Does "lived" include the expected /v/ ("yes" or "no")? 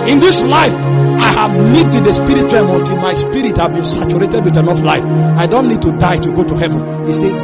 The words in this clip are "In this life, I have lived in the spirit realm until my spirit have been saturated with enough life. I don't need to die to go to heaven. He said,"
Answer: no